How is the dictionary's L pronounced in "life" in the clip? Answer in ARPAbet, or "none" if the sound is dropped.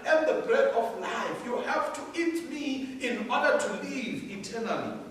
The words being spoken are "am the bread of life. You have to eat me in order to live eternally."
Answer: L